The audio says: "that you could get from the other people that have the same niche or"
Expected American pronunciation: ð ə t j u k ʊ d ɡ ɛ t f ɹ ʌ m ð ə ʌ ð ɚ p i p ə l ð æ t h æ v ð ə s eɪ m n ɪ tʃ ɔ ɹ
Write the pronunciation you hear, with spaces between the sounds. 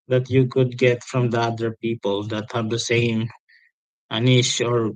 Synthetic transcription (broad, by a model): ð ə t j u k ʊ d ɡ ɛ t f ɹ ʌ m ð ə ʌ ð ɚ p i p ə l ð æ t h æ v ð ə s eɪ m n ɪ ʃ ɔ ɹ